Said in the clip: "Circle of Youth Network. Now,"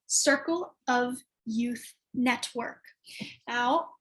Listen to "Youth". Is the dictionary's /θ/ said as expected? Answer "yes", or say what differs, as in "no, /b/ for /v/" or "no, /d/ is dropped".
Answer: yes